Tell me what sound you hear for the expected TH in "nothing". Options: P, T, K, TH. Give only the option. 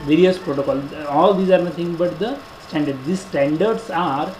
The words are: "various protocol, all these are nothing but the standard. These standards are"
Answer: T